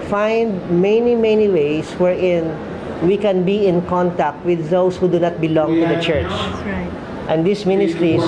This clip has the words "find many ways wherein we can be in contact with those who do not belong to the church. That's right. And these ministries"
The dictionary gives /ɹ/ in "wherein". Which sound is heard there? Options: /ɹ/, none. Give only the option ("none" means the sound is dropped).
/ɹ/